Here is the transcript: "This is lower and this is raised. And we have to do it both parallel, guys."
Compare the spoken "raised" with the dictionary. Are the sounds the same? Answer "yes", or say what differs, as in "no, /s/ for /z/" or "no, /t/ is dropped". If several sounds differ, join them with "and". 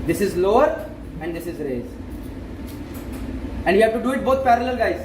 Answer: no, /d/ is dropped